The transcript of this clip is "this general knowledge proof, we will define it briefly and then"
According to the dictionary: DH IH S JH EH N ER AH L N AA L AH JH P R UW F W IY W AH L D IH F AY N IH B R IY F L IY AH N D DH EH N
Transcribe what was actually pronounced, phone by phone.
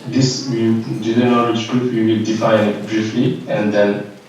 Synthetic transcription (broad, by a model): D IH S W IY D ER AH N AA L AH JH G R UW P W IY W AH L D IH F AY N B R IY F L IY AH N D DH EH N